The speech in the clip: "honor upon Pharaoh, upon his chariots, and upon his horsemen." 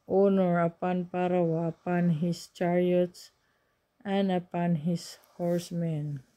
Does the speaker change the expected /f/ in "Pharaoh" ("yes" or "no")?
yes